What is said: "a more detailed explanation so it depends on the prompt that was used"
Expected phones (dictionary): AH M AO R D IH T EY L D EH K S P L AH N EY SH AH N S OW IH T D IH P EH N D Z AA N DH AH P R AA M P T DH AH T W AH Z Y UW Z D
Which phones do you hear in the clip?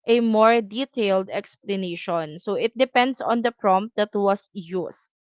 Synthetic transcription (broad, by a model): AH M AO R D IH T EY L D EH K S P L AH N EY SH AH N S OW IH T D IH P EH N D S AA N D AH P R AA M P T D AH T W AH S Y UW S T